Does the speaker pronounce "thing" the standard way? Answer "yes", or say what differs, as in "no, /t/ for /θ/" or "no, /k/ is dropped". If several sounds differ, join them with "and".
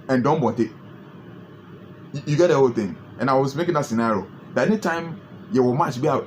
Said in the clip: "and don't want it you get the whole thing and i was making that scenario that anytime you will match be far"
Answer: no, /t/ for /θ/